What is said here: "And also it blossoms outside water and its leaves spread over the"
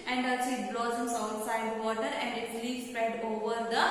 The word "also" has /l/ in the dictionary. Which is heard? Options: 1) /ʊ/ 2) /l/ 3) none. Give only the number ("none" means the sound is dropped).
3